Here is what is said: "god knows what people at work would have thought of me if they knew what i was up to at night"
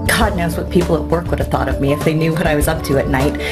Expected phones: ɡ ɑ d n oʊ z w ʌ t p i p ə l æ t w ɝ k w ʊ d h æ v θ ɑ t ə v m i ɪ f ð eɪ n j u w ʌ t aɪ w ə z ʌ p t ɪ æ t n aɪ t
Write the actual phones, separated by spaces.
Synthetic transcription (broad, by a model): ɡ ɑ d n oʊ z w ʌ t p i p l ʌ t w ɝ k w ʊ d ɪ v θ ɑ t ə v m i ɪ f ð eɪ n j u w ʌ t aɪ w ə z ʌ p t ɪ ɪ t n aɪ t